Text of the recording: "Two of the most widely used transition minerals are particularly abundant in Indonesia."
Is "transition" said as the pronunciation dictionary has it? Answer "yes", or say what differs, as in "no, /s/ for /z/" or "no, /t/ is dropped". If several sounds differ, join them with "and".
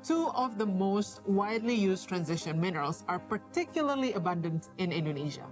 yes